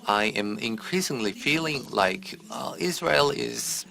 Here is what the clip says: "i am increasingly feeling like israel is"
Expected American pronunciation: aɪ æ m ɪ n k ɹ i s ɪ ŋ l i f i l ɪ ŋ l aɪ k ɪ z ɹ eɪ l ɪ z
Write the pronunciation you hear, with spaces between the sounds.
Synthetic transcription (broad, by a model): aɪ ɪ m ɪ n k ɹ i s ɪ ŋ l i f i l ɪ ŋ l aɪ k ɪ z ɹ eɪ l ɪ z